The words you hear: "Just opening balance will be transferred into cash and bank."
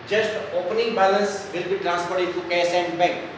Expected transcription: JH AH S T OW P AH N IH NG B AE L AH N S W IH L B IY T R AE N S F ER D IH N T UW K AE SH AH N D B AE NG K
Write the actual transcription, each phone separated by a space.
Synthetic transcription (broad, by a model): JH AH S T OW P AH N IH NG B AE L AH N S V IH L B IY T R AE N S P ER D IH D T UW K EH S AH N D B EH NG K